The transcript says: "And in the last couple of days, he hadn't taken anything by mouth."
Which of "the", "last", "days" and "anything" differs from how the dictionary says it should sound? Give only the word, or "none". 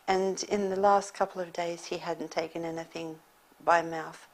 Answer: none